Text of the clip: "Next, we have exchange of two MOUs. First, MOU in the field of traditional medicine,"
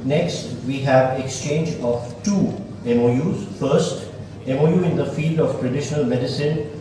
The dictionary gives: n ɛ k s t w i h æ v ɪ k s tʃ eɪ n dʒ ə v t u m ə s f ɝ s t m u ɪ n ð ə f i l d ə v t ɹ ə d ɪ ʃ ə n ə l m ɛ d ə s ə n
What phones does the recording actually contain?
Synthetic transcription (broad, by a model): n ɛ k s t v i h æ v ɪ k s tʃ eɪ n dʒ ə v t u m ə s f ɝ s t m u ɪ n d ə f i l d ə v t ɹ ə d ɪ ʃ ə n ə l m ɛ d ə s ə n